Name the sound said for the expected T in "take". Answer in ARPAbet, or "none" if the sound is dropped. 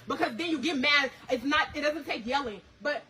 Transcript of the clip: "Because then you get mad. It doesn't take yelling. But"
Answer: S